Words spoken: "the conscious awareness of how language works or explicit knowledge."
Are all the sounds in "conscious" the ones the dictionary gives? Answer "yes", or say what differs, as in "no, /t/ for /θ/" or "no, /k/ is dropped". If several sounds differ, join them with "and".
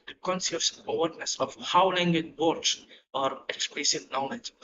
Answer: no, /s/ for /ʃ/